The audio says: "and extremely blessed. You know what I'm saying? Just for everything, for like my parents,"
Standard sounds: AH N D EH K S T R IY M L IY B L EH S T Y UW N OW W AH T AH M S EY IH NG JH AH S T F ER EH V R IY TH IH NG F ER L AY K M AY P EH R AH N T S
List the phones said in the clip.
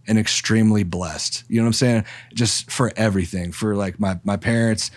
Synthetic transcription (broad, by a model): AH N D EH K S T R IY M L IY B L EH S T Y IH N OW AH AH M S EY IH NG JH AH S T F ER EH V R IY TH IH NG F ER L AY K M AY P EH R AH N T S